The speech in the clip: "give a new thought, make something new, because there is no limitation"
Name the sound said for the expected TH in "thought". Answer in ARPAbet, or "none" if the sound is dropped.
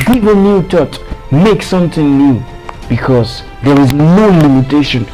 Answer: T